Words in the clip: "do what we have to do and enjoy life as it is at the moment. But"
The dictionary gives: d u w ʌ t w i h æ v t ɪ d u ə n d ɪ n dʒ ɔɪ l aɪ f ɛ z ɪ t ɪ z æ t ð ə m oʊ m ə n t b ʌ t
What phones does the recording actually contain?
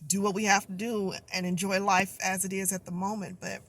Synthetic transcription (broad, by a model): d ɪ w ʌ t w i h æ f t ɪ d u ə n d ɪ n dʒ ɔɪ l aɪ f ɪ z ɪ t ɪ z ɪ t ð ə m oʊ m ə n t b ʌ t